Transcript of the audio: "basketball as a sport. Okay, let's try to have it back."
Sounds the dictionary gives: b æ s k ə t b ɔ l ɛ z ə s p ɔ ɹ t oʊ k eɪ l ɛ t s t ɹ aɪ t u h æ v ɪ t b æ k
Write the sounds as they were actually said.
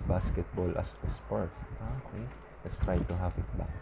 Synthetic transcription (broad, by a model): b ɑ s k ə t b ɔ l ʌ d ə s p ɔ ɹ t oʊ k eɪ l ɛ t s t ɹ aɪ t u h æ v ɪ t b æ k